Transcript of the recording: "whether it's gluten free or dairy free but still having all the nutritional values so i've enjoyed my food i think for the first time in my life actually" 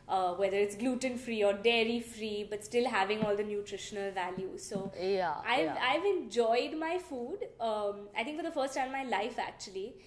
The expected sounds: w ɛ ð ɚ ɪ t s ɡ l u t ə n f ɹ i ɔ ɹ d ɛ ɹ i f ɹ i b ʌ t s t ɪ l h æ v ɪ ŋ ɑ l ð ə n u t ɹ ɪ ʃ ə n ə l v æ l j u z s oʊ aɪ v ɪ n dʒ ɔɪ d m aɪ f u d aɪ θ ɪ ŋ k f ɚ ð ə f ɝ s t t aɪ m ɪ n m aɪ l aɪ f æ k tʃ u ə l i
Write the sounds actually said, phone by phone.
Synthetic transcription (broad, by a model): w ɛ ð ɚ ɪ t s ɡ l u t ə n f ɹ i ɔ ɹ d ɛ ɹ i f ɹ i b ʌ t s t ɪ l h æ v ɪ ŋ ɑ l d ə n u t ɹ ɪ ʃ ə n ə l v æ l j u z s oʊ aɪ v ɪ n dʒ ɔɪ d m aɪ f u d aɪ t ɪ ŋ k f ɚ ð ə f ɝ s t t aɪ ɪ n m aɪ l aɪ f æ k tʃ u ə l i